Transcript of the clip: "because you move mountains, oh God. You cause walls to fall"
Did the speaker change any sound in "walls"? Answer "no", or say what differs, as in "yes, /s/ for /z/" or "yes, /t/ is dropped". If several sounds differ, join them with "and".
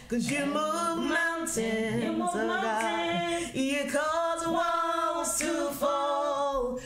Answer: yes, /w/ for /l/